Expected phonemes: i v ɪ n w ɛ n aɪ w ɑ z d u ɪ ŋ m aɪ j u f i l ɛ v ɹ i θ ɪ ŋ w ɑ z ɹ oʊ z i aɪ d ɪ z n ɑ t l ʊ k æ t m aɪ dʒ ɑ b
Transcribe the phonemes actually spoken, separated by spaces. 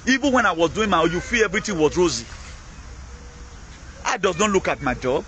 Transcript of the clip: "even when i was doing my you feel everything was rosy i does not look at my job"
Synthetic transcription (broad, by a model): i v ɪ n w ɛ n aɪ w ɑ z d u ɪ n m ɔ j u f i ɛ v ɹ i t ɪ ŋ w ɑ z ɹ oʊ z i aɪ d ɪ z n ɑ t l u k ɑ t m aɪ dʒ ɑ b